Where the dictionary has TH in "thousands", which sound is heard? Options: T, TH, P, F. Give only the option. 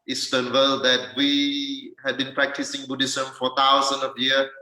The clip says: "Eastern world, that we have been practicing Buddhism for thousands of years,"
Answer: T